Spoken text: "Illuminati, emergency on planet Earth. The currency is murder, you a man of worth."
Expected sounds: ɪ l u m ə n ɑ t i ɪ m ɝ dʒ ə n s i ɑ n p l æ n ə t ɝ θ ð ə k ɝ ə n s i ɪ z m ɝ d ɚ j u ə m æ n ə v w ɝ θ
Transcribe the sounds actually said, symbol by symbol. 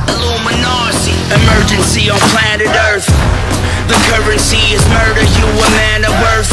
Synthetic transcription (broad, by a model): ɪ l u m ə n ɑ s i ɪ m ɝ dʒ ə n s i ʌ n p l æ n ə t ɝ θ ð ə k ɝ ə n s i ɪ z m ɝ d ɚ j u ə m æ n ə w ɝ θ